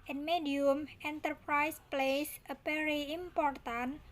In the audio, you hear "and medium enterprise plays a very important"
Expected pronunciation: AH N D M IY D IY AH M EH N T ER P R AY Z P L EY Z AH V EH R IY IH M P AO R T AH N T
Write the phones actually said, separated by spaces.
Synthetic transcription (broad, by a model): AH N M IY D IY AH M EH N T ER P R AY S P L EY S AH P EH R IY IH M P AO R T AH N